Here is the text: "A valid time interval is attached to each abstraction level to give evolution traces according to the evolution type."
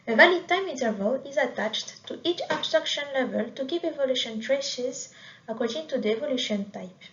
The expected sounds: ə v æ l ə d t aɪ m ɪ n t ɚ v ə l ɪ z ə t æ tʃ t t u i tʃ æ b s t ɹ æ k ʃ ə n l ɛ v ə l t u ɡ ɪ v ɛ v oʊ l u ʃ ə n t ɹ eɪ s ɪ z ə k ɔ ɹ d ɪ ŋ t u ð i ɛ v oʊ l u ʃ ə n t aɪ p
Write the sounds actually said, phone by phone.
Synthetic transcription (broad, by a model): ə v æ l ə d t aɪ m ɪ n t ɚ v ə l ɪ z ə t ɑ tʃ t t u i tʃ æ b s t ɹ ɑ k ʃ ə n l ɛ v ə l t u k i p ɛ v oʊ l u ʃ ə n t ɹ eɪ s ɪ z ə k ɔ ɹ d ɪ ŋ t u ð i ɛ v oʊ l u ʃ ə n t aɪ p